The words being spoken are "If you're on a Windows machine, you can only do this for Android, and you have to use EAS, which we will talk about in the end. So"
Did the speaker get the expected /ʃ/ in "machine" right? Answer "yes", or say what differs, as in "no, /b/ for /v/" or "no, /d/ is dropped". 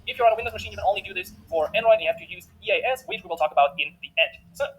yes